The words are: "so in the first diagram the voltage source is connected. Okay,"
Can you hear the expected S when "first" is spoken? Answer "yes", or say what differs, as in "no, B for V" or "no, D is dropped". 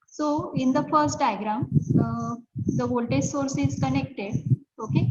yes